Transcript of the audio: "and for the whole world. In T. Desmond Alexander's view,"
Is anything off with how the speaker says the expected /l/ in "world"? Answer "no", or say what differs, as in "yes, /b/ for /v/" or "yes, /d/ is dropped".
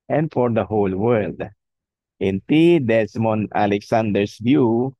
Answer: no